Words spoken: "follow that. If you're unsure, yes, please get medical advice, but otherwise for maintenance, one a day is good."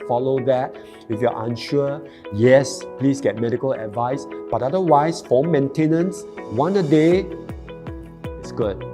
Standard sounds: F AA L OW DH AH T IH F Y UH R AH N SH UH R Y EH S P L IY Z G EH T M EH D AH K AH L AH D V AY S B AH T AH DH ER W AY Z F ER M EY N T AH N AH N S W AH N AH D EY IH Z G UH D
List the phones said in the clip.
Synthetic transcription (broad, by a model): F AA L OW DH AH T IH F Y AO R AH N SH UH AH Y EH S P L IY S G EH T M EH D AH K AH L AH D V AY S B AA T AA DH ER W AY S F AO M EY N T AH N AH N S W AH N AH D EY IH S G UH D